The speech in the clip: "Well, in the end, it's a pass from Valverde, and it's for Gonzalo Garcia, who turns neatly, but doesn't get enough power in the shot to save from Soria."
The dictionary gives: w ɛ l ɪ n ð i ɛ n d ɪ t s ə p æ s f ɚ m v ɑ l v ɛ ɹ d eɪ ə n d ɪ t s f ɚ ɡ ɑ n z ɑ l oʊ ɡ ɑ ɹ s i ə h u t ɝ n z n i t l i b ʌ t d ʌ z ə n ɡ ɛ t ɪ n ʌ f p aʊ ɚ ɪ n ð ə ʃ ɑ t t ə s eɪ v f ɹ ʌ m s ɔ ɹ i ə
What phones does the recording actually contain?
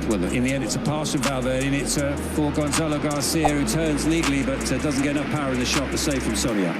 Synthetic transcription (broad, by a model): w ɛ l ɪ n ð i ɛ n d ɪ t s ə p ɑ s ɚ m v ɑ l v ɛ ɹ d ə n ɪ t s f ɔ ɡ ɑ n z ɑ l oʊ ɡ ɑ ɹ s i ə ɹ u t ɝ n z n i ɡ l i b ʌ t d ʌ z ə n ɡ ɛ t ɪ n ʌ f p aʊ ɚ ɪ n ð ə ʃ ɑ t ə s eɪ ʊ f ɹ ʌ m s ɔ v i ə